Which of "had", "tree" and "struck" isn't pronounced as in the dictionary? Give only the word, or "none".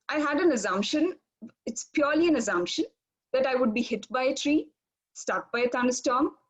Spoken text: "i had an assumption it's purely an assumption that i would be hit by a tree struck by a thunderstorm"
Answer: struck